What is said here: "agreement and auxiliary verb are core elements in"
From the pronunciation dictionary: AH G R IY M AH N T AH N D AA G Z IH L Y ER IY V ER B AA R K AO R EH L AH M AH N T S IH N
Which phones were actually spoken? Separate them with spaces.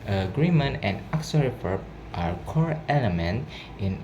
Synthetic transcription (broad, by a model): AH G R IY M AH N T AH N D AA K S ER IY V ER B AA R K AO R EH L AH M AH N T IH N